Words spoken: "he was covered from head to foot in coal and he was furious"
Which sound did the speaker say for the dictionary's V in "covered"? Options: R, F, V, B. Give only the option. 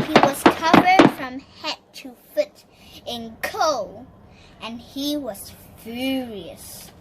V